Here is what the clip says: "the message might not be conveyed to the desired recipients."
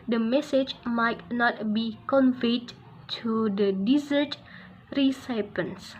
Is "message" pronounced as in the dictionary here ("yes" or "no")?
yes